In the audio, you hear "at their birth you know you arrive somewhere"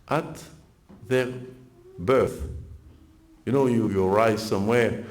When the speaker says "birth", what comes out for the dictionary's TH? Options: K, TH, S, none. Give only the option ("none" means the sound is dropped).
TH